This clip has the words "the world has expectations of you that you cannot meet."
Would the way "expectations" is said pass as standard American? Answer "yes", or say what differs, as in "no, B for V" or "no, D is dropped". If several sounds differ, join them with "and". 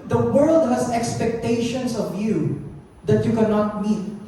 no, S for Z